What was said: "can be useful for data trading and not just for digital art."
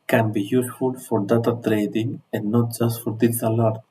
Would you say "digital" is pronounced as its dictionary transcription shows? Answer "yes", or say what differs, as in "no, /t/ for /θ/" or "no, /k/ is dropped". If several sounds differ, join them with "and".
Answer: no, /s/ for /t/